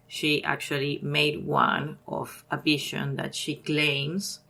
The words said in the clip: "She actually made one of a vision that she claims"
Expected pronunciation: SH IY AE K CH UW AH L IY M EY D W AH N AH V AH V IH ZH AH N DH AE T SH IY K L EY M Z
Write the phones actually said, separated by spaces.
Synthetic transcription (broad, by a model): SH IY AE K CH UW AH L IY M EY D W AH N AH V AH B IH SH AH N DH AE T SH IY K L EY M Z